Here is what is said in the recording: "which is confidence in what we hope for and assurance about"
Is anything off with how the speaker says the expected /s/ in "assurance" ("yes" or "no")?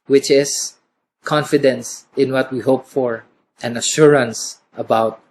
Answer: no